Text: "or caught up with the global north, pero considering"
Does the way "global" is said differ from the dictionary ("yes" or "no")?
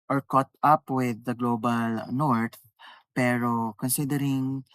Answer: no